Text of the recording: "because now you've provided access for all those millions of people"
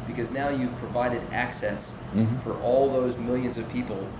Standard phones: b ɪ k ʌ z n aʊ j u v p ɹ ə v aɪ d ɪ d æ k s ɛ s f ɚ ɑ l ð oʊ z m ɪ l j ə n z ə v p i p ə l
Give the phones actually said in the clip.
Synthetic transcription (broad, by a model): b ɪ k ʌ z n aʊ j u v p ɹ ə v aɪ d ɪ d æ k s ɛ s f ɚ ɑ l ð oʊ z m ɪ l j ə n z ə v p i p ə l